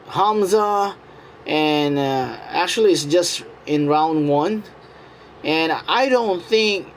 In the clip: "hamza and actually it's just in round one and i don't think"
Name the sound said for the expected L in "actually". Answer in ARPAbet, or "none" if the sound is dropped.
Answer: L